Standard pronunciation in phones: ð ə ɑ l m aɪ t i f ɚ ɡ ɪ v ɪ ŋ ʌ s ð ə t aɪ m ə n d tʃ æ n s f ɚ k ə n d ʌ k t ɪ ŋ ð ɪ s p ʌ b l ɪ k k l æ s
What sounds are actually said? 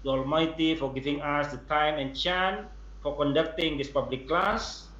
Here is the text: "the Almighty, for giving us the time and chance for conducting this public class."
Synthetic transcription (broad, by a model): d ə ɑ l m aɪ t i f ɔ ɡ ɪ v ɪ ŋ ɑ s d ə t aɪ m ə n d tʃ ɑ n f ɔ k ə n d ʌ k t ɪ ŋ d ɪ s p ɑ b l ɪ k k l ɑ s